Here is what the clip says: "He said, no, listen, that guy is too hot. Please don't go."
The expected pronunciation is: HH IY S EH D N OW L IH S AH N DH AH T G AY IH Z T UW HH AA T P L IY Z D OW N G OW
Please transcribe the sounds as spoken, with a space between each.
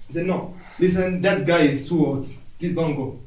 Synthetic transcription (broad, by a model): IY S EH D N OW L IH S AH N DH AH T G AY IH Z T UW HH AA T P L IY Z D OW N G OW